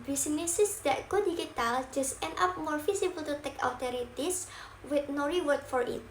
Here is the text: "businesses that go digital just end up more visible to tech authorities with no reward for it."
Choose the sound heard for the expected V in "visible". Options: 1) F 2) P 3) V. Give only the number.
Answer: 1